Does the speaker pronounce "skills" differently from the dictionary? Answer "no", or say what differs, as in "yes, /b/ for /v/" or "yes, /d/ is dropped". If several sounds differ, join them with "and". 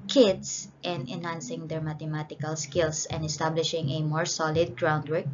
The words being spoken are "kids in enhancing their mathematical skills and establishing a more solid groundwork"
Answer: yes, /s/ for /z/